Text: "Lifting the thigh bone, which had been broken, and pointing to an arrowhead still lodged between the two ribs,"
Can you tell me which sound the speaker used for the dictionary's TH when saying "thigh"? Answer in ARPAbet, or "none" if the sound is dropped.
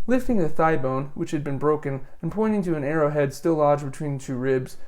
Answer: TH